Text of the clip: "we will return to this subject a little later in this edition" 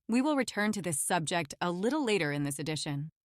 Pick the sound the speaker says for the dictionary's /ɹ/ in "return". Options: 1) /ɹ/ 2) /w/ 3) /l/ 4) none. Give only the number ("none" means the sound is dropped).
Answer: 1